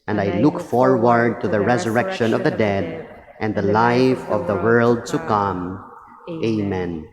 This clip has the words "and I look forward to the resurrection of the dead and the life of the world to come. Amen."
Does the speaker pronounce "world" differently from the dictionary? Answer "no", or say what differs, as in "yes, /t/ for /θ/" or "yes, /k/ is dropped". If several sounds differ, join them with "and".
no